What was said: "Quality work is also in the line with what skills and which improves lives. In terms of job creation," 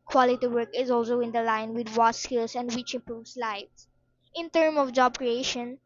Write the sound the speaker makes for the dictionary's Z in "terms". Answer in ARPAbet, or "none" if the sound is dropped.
none